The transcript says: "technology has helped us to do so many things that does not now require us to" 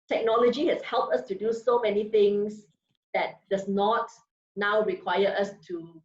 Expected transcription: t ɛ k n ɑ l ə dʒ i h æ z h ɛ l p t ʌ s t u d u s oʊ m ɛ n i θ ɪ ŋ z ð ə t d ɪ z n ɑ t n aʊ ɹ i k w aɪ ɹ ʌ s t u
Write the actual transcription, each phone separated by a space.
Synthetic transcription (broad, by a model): t ɛ k n ɑ l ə dʒ i h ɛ s h ɛ l p t ʌ s t u d u s oʊ m ɛ n i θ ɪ ŋ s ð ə t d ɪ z n ɑ t n aʊ ɹ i k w aɪ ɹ ʌ s t u